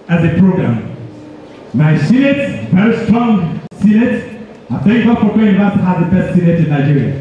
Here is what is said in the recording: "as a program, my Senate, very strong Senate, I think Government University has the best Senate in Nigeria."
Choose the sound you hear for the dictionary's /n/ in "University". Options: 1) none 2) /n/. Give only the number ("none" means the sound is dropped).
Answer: 1